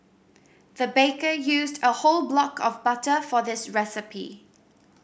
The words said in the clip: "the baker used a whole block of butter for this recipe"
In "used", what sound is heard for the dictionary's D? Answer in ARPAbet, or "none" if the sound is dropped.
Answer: D